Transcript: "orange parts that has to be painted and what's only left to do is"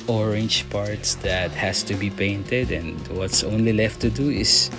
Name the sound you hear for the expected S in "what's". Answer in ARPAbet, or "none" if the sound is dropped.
S